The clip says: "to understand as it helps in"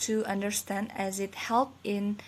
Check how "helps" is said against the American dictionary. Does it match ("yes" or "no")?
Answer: no